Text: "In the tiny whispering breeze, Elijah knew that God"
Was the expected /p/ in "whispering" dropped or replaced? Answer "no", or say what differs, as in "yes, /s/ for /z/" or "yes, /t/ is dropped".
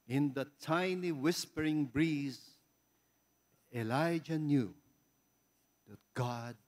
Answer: no